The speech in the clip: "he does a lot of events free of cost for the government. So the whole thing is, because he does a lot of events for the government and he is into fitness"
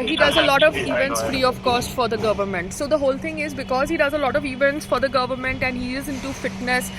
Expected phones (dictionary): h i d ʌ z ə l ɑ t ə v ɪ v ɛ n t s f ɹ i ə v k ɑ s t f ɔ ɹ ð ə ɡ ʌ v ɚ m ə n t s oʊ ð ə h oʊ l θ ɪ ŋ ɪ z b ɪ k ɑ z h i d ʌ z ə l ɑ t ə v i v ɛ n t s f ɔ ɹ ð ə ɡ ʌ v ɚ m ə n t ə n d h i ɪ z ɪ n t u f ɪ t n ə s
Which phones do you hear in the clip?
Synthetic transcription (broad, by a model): h i d ʌ z ə l ɑ t ə v ɪ v ɛ n t s f ɹ i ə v k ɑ s t f ɔ ɹ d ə ɡ ʌ v ɚ m ə n t s oʊ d ə h oʊ l t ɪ ŋ ɪ z b ɪ k ɑ z h i d ʌ z ə l ɑ t ə v i v ɛ n t s f ɔ ɹ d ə ɡ ʌ v ɚ m ə n t ə n d h i ɪ z ɪ n t u f ɪ t n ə s